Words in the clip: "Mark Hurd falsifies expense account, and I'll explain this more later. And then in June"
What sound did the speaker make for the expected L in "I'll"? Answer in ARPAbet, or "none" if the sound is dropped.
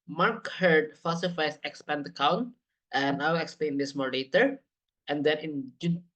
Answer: W